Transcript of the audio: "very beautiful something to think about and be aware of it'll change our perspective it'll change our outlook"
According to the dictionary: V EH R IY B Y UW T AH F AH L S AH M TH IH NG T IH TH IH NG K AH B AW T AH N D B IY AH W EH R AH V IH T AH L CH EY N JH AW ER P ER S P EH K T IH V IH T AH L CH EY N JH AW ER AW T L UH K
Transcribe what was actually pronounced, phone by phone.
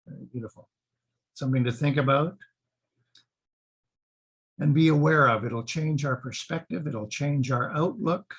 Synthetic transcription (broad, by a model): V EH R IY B Y UW T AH F L S AH M TH IH NG T IH TH IH NG K AH B AW T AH N B IY AH W EH R AH V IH T L CH EY N JH AW ER P ER S P EH K T IH V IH T L CH EY N JH AW ER AW T L UH K